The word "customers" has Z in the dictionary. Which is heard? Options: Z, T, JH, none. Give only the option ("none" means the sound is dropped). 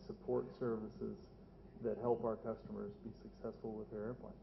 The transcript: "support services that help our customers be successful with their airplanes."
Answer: Z